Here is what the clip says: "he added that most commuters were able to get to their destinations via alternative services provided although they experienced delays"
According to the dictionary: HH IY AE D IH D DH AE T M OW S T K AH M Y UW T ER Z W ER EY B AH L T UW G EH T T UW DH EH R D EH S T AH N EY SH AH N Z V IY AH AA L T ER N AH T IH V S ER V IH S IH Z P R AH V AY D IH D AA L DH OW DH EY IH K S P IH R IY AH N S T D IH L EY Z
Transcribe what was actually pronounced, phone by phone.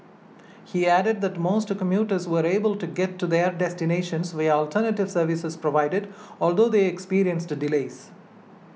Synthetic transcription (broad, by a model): HH IY AE D IH D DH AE T M OW S T K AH M Y UW T ER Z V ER EY B AH L T UW G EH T T UW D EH R D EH S T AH N EY SH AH N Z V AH AA L T ER N AH T IH V S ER V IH S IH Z P R AH V AY D IH D AA L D OW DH EY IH K S P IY R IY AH N S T D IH L EY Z